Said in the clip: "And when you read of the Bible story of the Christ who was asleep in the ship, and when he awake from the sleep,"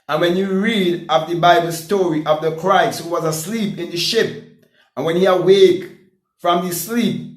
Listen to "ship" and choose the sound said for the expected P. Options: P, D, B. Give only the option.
P